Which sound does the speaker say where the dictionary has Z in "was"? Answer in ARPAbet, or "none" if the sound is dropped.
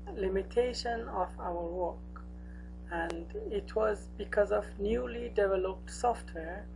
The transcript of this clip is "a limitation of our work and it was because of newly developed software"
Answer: Z